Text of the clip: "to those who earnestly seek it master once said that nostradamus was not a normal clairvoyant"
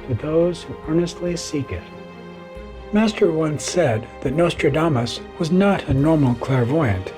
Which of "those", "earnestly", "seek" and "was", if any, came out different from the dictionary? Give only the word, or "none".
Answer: none